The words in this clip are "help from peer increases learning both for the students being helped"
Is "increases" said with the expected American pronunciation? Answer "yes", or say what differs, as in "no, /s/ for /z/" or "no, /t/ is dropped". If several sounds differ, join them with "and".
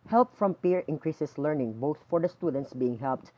no, /s/ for /z/